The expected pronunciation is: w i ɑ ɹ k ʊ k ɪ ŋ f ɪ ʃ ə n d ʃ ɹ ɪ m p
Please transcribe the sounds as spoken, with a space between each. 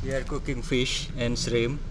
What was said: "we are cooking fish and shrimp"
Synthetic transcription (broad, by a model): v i ɑ ɹ k ʊ k ɪ ŋ f ɪ ʃ ə n d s ɹ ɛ m